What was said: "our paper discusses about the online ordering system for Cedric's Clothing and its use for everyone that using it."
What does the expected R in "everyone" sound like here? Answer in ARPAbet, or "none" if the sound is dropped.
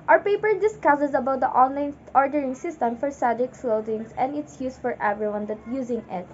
R